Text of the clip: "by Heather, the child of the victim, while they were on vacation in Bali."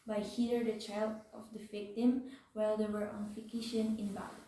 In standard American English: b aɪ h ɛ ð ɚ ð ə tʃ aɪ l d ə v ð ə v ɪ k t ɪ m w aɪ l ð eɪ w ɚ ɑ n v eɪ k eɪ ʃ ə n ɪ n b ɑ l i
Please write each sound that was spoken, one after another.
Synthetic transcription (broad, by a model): b aɪ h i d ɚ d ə tʃ aɪ l d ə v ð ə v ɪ k t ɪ m w aɪ l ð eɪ w ɚ ɑ n f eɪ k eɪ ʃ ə n ɪ n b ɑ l